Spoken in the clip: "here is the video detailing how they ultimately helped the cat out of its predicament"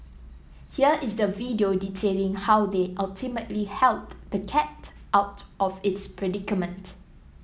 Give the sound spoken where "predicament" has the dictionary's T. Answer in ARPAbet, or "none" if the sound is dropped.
T